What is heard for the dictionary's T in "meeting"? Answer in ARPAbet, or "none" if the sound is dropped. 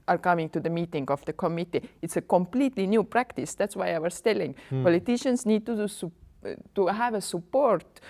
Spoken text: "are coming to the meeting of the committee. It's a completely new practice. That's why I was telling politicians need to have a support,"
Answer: T